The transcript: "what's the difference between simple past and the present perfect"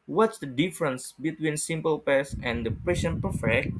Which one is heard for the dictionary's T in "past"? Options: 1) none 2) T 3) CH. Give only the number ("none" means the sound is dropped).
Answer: 1